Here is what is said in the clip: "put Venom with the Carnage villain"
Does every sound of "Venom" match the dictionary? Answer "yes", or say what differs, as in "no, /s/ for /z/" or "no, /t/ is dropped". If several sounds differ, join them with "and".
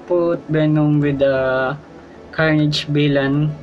no, /b/ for /v/